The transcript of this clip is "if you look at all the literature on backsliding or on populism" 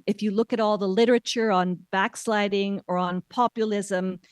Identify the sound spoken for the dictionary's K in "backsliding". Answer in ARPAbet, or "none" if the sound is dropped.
K